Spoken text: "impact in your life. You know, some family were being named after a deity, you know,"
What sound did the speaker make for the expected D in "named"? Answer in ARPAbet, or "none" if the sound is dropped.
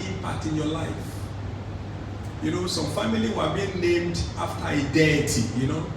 D